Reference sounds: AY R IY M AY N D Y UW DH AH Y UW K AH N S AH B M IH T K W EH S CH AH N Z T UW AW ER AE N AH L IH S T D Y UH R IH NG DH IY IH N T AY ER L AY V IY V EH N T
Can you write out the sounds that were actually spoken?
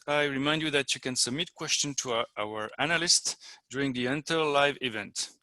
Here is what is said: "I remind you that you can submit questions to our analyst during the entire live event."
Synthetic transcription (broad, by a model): AY R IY M AY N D Y UW DH AH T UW K AH N S AH B M IH T K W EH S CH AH N T UW AW ER AE N AH L IH S T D Y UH R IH NG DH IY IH N T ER L AY V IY V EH N T